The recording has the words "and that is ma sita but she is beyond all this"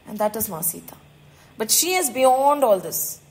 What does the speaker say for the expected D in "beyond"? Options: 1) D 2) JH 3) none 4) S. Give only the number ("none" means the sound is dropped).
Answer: 1